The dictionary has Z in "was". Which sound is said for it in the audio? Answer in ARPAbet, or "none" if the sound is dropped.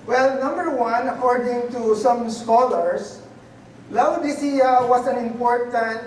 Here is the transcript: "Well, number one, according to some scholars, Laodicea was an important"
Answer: S